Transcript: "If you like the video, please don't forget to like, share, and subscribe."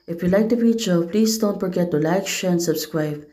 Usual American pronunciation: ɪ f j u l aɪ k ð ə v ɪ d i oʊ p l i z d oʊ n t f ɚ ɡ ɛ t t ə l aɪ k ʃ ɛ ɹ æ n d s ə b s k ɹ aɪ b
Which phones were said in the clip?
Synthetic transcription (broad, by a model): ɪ f j u l aɪ k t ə f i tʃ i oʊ p l i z d oʊ n t f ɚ ɡ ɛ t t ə l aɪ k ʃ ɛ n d s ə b s k ɹ aɪ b